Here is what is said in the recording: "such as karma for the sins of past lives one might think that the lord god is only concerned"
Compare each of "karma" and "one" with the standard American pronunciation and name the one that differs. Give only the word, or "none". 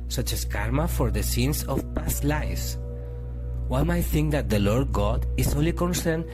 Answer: one